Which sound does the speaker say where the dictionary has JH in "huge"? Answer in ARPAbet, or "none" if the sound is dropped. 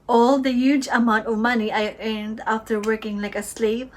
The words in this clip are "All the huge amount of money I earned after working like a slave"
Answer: JH